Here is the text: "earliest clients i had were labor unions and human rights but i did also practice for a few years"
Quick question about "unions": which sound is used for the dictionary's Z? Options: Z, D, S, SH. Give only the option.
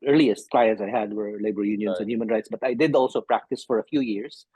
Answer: S